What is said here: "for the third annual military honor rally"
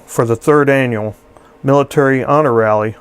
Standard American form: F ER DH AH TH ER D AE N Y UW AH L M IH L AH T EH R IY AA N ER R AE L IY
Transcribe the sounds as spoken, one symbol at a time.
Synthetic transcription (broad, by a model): F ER DH AH TH ER D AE N Y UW L M IH L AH T EH R IY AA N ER R AE L IY